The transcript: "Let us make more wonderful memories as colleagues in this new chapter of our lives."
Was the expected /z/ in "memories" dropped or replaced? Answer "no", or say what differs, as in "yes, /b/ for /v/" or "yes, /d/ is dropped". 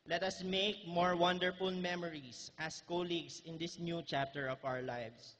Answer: yes, /s/ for /z/